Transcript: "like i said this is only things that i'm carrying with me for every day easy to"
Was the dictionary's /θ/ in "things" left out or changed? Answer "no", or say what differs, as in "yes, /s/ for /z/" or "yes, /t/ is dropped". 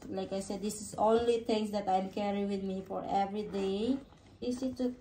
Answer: yes, /t/ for /θ/